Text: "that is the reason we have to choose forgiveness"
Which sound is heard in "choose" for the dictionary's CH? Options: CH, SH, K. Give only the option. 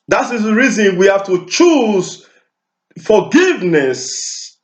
CH